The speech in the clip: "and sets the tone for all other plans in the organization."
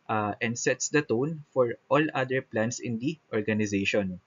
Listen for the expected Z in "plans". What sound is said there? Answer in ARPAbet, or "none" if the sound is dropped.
S